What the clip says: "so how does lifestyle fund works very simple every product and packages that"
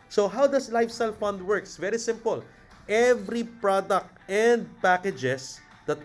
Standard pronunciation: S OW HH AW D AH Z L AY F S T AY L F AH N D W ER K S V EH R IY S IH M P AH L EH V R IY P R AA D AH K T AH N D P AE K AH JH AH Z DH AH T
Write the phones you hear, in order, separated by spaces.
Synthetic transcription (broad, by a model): S OW HH AW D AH S L AY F S T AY L F AH N D W ER K S V EH R IY S IH M P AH L EH V R IY P R AA D AH K T AH N D P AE K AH JH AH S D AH T